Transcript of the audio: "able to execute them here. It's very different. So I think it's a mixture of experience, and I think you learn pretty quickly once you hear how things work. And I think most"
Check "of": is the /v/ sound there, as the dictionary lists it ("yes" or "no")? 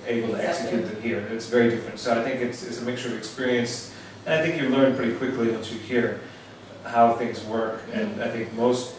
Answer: yes